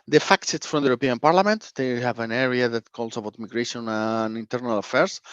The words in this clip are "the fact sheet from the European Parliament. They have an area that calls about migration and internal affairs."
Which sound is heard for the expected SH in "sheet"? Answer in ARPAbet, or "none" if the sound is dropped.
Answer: S